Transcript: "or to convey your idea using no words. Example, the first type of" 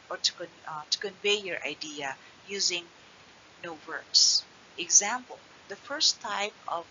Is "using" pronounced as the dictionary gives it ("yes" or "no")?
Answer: yes